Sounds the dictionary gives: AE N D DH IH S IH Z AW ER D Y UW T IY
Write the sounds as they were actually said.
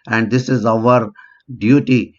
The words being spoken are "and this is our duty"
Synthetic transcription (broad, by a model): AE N D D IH S IH Z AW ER D Y UW T IY